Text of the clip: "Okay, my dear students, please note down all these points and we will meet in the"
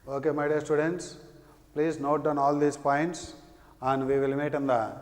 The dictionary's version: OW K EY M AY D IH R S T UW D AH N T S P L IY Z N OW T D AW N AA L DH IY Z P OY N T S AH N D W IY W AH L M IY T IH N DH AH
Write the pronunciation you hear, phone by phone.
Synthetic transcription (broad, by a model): OW K EY M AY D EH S T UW D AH N T S P L IY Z N OW T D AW N AA L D IY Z P OY N T S AH N D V IY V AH L M IY T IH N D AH